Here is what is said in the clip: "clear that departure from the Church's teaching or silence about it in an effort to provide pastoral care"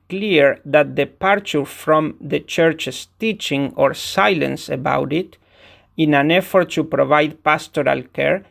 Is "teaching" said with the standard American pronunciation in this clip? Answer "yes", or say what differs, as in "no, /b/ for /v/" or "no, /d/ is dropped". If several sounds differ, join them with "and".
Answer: yes